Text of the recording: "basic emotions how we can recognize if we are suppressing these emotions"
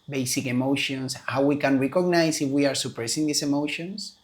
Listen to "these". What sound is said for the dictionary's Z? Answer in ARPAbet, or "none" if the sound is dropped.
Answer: S